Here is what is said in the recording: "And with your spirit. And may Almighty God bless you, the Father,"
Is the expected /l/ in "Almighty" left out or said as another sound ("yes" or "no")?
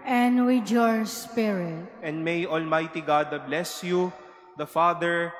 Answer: no